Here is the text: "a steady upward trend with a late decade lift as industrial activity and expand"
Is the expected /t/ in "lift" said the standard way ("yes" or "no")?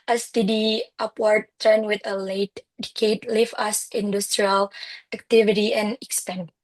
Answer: no